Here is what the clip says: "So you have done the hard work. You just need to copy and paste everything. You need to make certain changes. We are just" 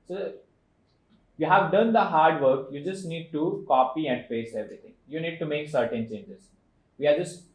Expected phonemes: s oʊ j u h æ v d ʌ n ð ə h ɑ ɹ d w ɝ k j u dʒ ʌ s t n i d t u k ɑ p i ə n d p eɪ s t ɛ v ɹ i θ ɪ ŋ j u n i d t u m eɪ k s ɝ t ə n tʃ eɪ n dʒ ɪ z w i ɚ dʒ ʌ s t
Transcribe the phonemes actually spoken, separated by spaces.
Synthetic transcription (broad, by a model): s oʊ j u h æ v d ʌ n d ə h ɑ ɹ d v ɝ k j u dʒ ʌ s t n i d t u k ɑ p i ə n d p eɪ s ɛ v ɹ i t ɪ ŋ j u n i d t u m eɪ k s ɝ t ə n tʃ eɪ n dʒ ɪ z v i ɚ dʒ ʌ s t